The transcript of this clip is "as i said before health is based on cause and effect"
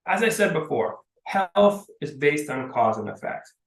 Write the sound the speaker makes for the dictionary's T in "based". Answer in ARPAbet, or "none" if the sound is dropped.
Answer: T